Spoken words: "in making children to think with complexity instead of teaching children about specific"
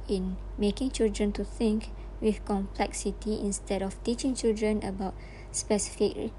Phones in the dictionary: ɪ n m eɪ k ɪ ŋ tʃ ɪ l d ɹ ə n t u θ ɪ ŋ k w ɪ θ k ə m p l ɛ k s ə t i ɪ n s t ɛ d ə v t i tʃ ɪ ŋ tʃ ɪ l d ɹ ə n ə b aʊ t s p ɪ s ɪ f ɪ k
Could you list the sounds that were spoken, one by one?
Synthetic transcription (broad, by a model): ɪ n m eɪ k ɪ ŋ tʃ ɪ l d ɹ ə n t u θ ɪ ŋ k w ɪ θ k ə m p l ɛ k s ə t i ɪ n s t ɛ d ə f t i tʃ ɪ ŋ tʃ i l d ɹ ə n ə b aʊ t s p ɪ s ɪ f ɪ k